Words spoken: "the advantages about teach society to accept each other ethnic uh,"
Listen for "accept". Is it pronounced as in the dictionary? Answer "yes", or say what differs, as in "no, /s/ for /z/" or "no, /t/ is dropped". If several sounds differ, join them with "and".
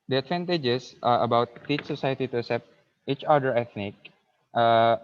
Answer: no, /k/ is dropped